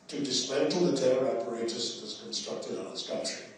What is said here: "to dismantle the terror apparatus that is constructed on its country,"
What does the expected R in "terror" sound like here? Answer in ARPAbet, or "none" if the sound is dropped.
none